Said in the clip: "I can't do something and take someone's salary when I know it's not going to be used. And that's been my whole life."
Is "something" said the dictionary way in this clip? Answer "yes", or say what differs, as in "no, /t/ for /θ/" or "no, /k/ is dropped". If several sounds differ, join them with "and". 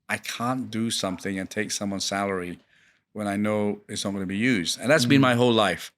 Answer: yes